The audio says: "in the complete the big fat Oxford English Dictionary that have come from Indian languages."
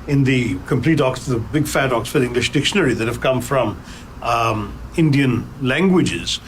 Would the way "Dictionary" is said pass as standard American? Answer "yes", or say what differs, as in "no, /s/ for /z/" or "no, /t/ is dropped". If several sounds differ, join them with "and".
yes